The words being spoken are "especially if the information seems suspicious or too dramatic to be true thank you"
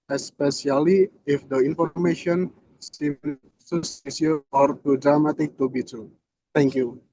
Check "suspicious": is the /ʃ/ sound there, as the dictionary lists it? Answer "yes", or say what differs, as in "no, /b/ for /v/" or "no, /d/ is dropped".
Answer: no, /ʃ/ is dropped